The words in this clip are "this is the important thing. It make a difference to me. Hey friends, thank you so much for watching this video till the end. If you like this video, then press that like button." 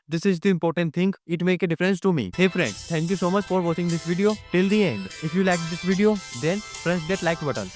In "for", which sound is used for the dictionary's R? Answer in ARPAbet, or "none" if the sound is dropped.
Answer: R